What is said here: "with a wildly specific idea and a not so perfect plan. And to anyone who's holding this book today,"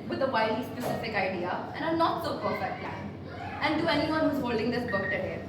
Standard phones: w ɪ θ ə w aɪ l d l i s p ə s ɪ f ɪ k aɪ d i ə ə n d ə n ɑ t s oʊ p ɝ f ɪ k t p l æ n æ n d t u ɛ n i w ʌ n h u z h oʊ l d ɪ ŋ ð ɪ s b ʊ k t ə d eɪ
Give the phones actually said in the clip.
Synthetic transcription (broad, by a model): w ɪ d ə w aɪ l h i s p ə s ɪ f ɪ k aɪ d i ə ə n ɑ ə n ɑ t s oʊ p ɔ ɪ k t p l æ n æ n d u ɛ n i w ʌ n h u z h oʊ l d ɪ ŋ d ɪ s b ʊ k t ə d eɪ